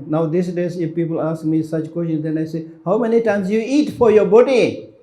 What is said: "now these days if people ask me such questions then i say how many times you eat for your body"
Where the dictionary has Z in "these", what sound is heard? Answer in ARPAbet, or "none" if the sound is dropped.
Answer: S